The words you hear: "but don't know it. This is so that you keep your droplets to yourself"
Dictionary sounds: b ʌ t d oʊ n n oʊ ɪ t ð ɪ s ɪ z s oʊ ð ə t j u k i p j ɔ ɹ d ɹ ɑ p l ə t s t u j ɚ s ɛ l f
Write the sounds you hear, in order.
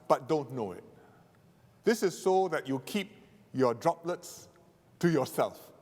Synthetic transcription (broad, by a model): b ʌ t d oʊ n n oʊ ɪ t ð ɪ s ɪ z s oʊ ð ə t j u k i p j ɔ d ɹ ɑ p l ə t s t u j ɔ s ɛ l f